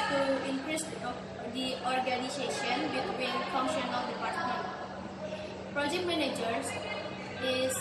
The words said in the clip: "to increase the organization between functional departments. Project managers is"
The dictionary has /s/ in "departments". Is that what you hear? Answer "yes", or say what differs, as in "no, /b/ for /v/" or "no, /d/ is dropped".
no, /s/ is dropped